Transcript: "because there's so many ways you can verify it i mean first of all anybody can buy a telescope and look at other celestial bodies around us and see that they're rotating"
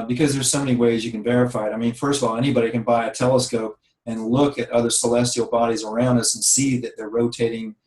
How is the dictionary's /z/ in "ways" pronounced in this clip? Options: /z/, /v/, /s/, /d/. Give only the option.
/z/